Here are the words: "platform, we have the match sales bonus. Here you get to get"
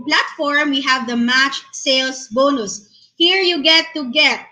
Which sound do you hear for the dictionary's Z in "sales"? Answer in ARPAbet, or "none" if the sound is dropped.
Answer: S